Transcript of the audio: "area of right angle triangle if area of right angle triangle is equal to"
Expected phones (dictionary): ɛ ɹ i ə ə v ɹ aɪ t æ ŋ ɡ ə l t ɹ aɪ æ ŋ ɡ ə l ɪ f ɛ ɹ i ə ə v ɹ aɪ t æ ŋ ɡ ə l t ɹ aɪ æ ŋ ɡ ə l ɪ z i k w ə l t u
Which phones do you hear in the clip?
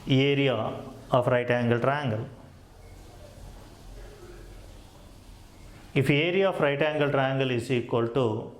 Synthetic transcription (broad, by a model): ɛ ɹ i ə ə f ɹ aɪ t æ ŋ ɡ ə l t ɹ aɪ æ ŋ ɡ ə l ɪ f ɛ ɹ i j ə f ɹ aɪ t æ ŋ ɡ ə l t ɹ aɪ ŋ ɡ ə l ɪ s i k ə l t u